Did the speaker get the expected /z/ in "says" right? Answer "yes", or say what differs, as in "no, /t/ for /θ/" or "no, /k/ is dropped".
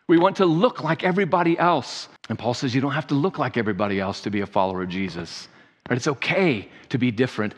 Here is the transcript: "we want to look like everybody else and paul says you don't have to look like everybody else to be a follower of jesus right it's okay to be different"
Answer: yes